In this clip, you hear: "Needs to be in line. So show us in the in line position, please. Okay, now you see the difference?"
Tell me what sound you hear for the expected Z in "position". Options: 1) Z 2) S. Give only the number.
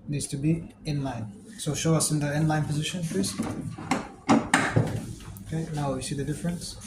1